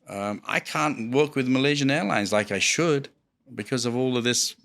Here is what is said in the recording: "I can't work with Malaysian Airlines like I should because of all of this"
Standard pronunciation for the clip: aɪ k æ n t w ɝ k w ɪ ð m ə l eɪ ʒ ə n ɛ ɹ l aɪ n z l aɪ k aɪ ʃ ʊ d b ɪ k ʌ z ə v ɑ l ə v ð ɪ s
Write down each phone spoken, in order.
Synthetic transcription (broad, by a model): aɪ k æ n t w ɝ k w ɪ ð m ə l eɪ ʒ ə n ɛ ɹ l aɪ n z l aɪ k aɪ ʃ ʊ d b ɪ k ʌ z ə v ɑ l ə v ð ɪ s